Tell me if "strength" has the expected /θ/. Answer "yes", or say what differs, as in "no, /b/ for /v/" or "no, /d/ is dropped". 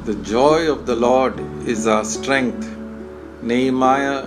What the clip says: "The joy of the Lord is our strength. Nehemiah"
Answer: no, /t/ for /θ/